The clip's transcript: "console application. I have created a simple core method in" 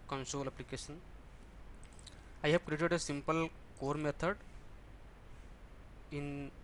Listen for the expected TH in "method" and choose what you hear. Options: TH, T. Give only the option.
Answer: T